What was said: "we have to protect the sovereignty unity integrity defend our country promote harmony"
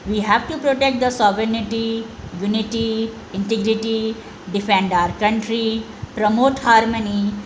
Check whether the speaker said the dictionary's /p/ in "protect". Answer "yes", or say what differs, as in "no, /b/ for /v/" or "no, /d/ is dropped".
yes